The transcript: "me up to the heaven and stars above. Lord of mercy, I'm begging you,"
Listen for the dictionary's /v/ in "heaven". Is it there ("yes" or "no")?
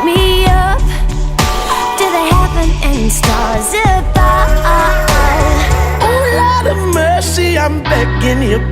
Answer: no